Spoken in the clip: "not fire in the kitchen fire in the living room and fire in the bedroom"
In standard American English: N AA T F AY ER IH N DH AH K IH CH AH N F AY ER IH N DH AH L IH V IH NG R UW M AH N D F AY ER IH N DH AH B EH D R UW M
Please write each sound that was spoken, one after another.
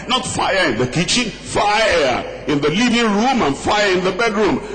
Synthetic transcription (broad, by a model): N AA T F AY ER IH N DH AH K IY CH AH N F AY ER IH N DH AH L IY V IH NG R UW M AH N F AY ER IH N DH AH B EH D R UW M